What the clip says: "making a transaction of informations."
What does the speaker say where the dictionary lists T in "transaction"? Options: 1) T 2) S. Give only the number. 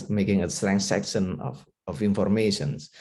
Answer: 2